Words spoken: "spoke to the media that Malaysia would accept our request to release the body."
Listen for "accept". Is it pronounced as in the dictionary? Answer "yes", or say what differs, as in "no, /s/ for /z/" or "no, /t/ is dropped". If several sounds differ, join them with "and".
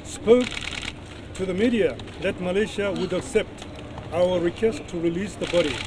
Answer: yes